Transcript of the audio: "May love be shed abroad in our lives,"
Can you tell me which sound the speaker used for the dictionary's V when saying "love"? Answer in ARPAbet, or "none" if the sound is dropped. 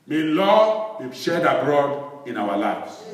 W